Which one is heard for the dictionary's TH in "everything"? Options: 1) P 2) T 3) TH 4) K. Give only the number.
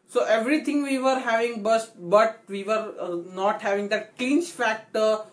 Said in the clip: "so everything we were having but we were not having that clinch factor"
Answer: 2